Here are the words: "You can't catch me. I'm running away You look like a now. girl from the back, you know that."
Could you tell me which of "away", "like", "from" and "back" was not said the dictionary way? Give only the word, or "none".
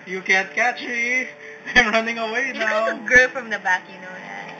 like